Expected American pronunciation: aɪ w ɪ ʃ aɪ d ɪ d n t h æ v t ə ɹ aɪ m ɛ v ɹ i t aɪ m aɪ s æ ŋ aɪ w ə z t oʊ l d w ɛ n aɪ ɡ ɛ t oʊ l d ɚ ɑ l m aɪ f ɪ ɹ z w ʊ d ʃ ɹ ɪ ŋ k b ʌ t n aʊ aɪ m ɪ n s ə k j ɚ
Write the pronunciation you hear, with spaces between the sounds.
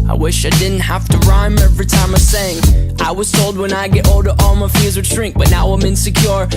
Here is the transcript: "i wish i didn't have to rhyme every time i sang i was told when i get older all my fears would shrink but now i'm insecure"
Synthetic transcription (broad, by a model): aɪ w ɪ ʃ aɪ d ɪ d n t h æ f t ə ɹ aɪ m ɛ v ɹ i t aɪ m aɪ s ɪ ŋ aɪ w ə z t oʊ l d w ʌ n aɪ ɡ ɛ t oʊ l d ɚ ɑ l m aɪ f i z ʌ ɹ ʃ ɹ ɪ ŋ k b ʌ t n aʊ aɪ m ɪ n s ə k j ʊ